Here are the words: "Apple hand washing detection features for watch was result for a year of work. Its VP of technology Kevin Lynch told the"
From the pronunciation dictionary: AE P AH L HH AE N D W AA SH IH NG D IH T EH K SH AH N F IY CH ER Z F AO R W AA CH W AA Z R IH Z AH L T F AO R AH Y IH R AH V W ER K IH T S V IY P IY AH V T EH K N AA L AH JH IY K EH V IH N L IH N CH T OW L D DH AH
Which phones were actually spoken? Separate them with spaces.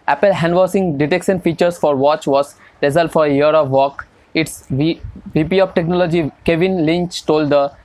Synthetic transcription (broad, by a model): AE P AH L HH AE N D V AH S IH NG D IH T EH K SH AH N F IY CH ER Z F AO R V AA CH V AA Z R IH Z AH L T F AO R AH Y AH R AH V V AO K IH T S V IY P IY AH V T EH K N AA L AH JH IY K EH V IH N L IH N CH T OW L D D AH